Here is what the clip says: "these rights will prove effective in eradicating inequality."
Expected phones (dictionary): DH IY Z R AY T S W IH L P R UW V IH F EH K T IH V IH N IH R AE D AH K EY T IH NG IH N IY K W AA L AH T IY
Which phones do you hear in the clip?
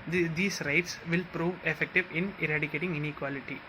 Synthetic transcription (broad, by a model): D IY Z R AY T S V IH L P R UW V IH F EH K T IH V IH N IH R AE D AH K EY T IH NG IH N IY K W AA L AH T IY